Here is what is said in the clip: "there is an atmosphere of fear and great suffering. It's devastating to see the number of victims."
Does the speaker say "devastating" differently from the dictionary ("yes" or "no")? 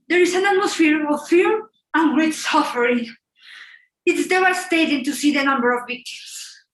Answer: yes